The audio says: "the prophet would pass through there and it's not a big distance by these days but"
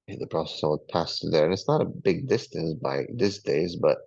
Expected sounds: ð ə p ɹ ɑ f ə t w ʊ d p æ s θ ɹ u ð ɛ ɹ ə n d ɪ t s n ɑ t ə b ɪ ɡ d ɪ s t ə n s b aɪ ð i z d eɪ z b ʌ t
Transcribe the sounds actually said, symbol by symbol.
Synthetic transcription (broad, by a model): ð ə p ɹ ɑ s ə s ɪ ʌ p æ s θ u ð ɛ ɹ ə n ɪ t s n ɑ t ə b ɪ ɡ d ɪ s t ə n s b aɪ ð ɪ s d eɪ z b ʌ t